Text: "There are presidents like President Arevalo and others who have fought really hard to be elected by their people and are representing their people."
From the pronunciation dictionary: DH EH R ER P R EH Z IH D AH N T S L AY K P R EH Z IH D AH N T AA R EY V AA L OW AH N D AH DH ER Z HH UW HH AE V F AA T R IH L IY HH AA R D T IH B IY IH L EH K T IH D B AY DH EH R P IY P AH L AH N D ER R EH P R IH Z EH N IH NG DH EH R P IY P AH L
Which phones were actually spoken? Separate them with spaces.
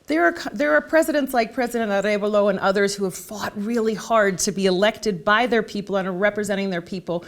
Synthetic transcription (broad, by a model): DH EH R ER P R EH Z IH D AH N T S L AY K P R EH Z IH D AH N T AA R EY B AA L OW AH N AH DH ER Z HH UW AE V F AA T R IH L IY HH AA R D T IH B IY IH L EH K T IH D B AY DH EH R P IY P L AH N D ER R EH P R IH Z EH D IH NG DH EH R P IY P L